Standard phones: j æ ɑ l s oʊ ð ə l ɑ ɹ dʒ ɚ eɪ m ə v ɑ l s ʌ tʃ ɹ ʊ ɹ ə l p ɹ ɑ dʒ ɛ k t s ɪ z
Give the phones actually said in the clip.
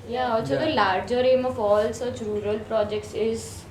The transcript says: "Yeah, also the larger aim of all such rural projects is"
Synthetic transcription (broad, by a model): j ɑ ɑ s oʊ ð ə l ɑ ɹ dʒ ɚ eɪ m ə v ɑ l s ʌ tʃ ɹ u ɹ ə l p ɹ ɑ dʒ ɛ k t s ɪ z